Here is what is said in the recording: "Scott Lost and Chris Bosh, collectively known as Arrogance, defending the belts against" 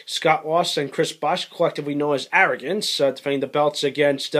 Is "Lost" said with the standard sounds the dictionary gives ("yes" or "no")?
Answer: no